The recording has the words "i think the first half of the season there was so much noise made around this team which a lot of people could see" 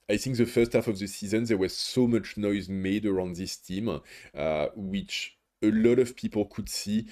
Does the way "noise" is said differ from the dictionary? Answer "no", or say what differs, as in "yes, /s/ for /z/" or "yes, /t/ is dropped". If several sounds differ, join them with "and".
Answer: no